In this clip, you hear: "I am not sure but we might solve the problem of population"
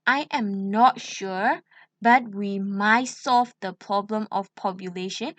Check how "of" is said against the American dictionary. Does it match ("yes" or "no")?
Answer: no